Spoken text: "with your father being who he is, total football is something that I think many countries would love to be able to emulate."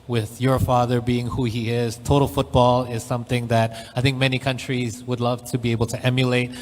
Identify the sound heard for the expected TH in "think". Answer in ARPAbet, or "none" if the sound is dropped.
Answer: TH